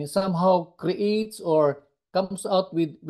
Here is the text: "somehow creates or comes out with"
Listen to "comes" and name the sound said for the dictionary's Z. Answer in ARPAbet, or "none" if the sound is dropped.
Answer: S